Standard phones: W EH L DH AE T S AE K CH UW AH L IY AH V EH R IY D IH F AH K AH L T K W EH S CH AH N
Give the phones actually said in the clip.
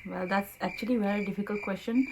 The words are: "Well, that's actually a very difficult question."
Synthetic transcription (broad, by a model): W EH L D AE T S AE K CH UW AH L IY V EH R IY D IH F AH K AH L T K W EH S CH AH N